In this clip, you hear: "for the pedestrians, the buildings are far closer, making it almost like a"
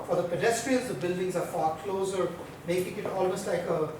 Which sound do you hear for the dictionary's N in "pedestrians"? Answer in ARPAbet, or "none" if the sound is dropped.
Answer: L